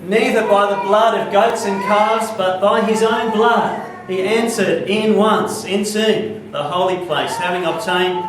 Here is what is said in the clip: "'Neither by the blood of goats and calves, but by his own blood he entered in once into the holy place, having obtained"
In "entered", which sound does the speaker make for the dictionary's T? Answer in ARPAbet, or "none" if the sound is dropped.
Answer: S